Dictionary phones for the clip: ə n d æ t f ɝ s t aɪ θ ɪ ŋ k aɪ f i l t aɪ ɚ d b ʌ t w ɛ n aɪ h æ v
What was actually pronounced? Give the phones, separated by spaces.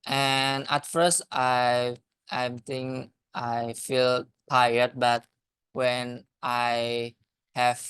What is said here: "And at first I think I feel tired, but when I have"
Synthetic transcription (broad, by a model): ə n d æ t f ɝ s t aɪ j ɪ ŋ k aɪ f i l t aɪ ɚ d b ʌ t w ɛ n aɪ h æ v